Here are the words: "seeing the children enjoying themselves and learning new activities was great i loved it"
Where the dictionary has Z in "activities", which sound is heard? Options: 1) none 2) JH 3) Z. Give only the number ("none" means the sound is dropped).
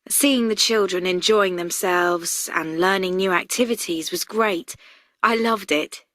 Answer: 3